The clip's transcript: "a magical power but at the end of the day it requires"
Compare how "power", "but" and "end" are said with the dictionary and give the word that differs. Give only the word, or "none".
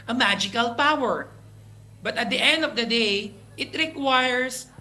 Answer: none